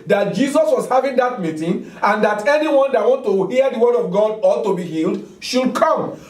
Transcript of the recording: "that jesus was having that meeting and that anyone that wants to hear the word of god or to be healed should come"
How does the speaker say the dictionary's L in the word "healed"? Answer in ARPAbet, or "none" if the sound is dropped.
L